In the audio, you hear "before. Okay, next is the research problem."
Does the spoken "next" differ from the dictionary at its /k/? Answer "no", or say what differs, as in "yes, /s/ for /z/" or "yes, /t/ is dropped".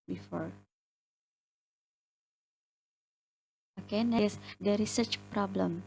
yes, /k/ is dropped